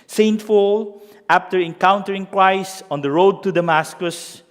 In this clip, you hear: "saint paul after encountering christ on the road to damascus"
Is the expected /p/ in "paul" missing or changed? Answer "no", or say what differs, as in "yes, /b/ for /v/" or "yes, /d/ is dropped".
yes, /f/ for /p/